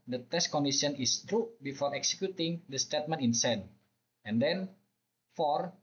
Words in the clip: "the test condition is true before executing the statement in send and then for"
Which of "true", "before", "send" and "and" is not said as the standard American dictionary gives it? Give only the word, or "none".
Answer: send